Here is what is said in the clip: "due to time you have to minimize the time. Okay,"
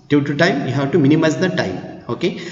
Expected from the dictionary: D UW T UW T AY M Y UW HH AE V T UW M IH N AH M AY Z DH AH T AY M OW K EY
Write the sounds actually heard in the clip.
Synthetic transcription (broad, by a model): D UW T UW T AY M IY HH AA W T UW M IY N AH M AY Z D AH T AY M OW K EY